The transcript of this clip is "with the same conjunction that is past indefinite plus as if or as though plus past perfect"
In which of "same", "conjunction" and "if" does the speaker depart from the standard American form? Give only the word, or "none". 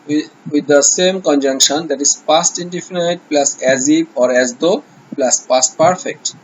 if